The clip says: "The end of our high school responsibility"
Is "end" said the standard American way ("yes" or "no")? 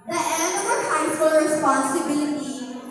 no